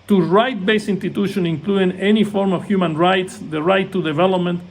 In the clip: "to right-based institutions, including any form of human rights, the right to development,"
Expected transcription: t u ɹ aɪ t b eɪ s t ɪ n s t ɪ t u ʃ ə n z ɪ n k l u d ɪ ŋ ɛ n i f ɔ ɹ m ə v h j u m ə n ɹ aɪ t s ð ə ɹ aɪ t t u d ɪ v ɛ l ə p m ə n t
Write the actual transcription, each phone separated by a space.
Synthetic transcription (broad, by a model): t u ɹ aɪ t b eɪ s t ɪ n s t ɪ t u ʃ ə n ɪ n k l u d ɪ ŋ ɛ n i f ɔ ɹ m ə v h j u m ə n ɹ aɪ t s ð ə ɹ aɪ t t u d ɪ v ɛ l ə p m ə n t